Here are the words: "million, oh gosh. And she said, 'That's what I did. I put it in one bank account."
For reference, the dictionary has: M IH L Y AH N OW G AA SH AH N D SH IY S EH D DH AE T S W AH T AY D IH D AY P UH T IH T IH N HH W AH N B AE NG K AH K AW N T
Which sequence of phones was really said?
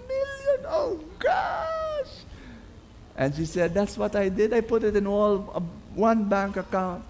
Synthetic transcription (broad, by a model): M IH L Y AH N OW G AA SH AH N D SH IY S EH D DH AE T S W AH T AY D IH D AY P UH T IH T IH N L W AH N B AE NG K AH K AW N T